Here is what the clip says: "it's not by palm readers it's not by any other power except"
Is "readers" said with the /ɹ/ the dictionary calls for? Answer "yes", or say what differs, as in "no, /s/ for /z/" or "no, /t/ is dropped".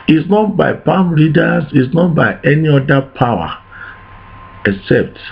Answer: no, /l/ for /ɹ/